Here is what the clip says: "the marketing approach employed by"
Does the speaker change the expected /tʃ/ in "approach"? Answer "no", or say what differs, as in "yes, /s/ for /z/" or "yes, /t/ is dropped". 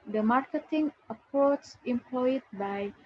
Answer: yes, /s/ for /tʃ/